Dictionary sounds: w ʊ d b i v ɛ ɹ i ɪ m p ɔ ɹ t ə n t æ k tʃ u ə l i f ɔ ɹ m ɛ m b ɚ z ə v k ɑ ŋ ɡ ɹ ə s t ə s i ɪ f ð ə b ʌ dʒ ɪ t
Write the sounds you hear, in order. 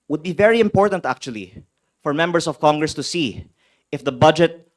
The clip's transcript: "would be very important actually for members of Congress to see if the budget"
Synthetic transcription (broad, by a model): w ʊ d b i v ɛ ɹ i ɪ m p ɔ ɹ t ə n t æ k tʃ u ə l i f ɔ ɹ m ɛ m b ɚ s ə v k ɑ ŋ ɡ ɹ ə s t ə s i ɪ f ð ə b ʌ dʒ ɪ t